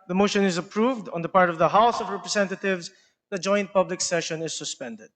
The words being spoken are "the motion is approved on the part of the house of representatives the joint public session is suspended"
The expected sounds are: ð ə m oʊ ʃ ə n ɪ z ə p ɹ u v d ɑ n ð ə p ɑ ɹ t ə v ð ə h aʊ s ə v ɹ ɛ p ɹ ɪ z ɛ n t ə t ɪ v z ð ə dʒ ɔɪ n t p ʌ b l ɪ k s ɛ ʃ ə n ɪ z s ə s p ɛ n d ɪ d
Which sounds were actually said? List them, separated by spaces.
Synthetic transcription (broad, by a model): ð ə m oʊ ʃ ə n ɪ z ə p ɹ u v d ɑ n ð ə p ɑ ɹ t ə v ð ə h aʊ s ə v ɹ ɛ p ɹ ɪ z ɛ n t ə t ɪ v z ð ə dʒ ɔɪ n t p ʌ b l ɪ k s ɛ ʃ ə n ɪ z s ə s p ɛ n d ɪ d